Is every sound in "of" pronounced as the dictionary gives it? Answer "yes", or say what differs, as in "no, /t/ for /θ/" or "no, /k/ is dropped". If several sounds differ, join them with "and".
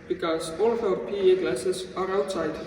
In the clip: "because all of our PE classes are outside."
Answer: no, /p/ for /v/